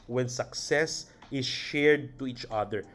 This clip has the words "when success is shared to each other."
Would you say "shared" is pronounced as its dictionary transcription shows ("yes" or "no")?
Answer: yes